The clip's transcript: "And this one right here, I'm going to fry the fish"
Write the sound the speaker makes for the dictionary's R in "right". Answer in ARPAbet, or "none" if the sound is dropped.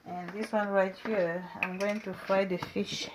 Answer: R